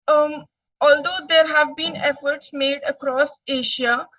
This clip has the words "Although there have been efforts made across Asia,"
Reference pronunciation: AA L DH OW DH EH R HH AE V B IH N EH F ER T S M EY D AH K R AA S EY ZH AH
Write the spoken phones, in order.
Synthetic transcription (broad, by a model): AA L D OW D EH R HH AE V B IH N EH F ER T S M EY D AH K R AA S EY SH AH